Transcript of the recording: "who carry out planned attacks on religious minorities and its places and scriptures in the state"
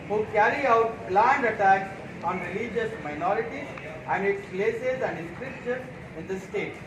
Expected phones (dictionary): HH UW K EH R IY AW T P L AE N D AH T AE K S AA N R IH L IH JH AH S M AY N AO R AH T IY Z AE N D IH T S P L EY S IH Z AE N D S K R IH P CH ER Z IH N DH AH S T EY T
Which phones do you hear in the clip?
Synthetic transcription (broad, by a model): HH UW K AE R IY AW T B L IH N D AH T AE K S AA N R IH L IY JH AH S M AY N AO R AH T IY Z AE N D IH T S P L EY S IH Z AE N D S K R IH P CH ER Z IH N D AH S T EY T